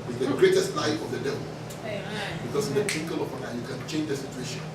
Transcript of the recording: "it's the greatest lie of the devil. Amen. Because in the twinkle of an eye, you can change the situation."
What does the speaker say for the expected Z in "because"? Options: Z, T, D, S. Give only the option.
S